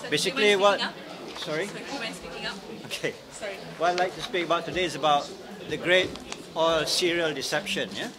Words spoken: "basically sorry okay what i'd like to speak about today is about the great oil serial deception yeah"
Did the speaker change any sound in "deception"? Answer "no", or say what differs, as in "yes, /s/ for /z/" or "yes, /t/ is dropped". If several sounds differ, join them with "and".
no